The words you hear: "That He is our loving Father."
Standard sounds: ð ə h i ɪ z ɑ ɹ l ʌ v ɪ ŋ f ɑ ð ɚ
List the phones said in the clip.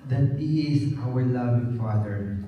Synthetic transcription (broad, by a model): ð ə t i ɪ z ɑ w l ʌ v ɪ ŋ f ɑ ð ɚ